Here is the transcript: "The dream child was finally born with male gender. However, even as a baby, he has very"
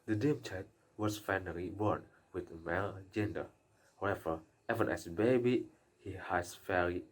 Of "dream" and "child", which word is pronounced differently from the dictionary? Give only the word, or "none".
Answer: dream